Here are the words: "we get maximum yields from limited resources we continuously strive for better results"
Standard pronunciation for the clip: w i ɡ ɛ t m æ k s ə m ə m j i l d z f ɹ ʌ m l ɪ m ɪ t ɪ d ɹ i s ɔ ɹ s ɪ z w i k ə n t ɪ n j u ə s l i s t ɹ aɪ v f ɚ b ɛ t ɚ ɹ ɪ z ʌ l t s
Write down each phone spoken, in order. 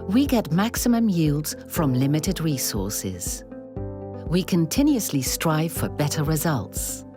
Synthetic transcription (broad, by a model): w i ɡ ɛ t m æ k s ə m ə m j i l d z f ɹ ʌ m l ɪ m ɪ t ɪ d ɹ i s ɔ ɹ s ɪ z w i k ə n t ɪ n j u ə s l i s t ɹ aɪ v f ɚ b ɛ t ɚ ɹ ɪ z ʌ l t s